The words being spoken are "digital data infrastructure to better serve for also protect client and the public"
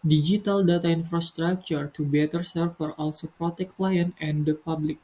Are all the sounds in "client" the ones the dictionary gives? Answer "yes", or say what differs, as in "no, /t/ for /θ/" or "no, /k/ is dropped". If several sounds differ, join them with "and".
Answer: no, /t/ is dropped